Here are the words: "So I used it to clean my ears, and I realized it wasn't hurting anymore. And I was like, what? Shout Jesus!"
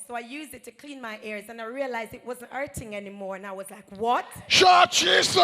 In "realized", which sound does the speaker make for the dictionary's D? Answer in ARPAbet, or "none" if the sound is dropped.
D